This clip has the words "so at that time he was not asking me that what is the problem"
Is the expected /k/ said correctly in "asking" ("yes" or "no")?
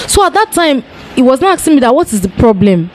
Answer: no